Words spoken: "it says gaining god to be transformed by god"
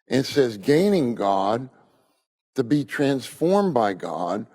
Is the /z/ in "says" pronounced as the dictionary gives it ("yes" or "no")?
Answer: yes